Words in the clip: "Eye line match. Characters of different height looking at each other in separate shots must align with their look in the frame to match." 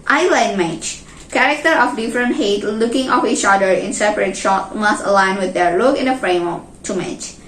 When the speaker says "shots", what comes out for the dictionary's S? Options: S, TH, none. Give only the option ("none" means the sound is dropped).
none